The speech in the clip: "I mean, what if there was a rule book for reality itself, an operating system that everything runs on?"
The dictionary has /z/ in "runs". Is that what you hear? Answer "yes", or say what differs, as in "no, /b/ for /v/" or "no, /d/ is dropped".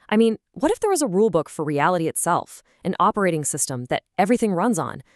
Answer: yes